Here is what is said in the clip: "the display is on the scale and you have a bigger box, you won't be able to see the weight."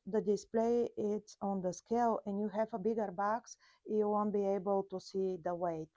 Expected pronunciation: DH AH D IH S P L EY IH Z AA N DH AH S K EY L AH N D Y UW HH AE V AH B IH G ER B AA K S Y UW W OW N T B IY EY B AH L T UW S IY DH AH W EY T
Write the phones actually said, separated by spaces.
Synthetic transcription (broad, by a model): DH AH D IH S P L EY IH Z AA N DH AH S K EY L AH N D Y UW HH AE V AH B IH G ER B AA K S Y UW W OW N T B IY EY B AH L T UW S IY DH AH W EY T